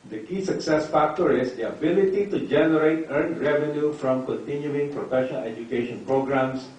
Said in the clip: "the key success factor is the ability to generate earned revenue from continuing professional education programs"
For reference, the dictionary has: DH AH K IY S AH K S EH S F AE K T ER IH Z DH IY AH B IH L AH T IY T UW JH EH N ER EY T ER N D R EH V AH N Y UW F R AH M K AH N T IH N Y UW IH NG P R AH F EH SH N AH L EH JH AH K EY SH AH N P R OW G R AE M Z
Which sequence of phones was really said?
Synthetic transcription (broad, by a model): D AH K IY S AH K S EH S F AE K T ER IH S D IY AH B IH L AH T IY T UW JH EH N ER EY T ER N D R EH V AH N Y UW F R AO M K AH N T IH N Y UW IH NG P R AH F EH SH AH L EH JH AH K EY SH AH N P R OW G R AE M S